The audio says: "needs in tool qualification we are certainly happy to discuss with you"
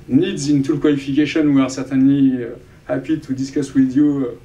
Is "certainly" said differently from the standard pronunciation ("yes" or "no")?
yes